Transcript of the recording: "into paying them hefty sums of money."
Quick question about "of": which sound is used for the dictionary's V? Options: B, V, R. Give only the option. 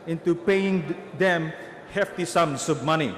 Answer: B